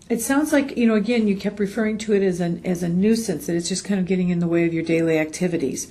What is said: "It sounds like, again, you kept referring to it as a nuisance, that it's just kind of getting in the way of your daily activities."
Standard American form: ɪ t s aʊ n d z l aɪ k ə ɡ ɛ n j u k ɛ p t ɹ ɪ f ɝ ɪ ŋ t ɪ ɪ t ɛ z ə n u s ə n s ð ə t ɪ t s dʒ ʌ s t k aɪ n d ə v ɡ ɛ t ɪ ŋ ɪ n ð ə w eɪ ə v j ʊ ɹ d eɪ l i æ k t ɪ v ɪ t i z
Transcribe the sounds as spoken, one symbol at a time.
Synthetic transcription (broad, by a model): ɪ t s aʊ n d z l aɪ k ə ɡ ɛ n j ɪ k ɛ p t ɹ ɪ f ɝ ɪ ŋ t ɪ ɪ t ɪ z ə n u s ə n s ð ə t ɪ t s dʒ ʌ s k aɪ n d ə v ɡ ɛ t ɪ ŋ ɪ n ð ə w eɪ ə v j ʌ ɹ d eɪ l i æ k t ɪ v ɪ t i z